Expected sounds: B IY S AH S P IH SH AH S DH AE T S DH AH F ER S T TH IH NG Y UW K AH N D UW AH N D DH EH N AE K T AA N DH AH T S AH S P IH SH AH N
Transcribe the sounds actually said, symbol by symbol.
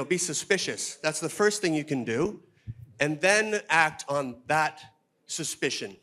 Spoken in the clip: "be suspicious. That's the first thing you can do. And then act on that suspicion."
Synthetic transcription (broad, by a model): B IY S AH S P IH SH AH S DH AE T S DH AH F ER S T TH IH NG Y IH K AH N D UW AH N DH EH N AE K T N DH AH T S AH S P IH SH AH N